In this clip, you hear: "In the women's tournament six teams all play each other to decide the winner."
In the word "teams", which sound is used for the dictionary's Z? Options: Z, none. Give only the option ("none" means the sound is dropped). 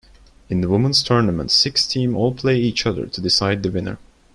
none